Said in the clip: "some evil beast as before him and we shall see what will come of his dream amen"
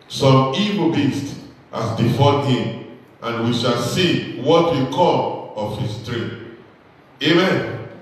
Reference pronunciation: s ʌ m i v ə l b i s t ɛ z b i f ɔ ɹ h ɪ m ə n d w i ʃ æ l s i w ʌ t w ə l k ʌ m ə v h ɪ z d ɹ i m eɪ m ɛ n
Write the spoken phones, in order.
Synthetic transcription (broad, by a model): s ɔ m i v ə b i s t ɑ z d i f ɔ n h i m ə n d w i ʃ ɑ l s i w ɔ t w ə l k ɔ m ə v h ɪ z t ɹ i eɪ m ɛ n